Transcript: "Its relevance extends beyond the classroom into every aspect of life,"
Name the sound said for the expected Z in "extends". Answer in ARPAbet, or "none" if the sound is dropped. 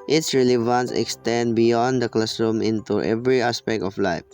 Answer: none